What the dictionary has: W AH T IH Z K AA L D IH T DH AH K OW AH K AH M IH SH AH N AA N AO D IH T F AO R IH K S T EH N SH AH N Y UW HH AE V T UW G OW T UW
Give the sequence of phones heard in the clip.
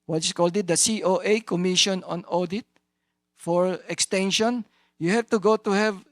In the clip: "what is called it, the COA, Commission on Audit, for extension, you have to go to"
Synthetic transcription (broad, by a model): W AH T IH S K AA L D IH T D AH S OW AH K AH M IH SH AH N AA N AO D IH T F AO R IH K S T EH N SH AH N Y UW HH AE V T UW G OW T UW